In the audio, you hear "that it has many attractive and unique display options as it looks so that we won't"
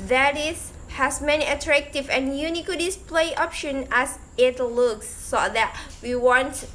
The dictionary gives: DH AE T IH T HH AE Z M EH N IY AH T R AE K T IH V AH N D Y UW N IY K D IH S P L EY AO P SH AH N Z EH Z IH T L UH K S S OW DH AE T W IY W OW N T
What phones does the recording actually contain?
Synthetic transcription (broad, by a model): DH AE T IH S HH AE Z M EH N IY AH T R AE K T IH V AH N Y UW N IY K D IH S P L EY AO P SH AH N EH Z IH T L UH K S S OW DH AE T W IY W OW N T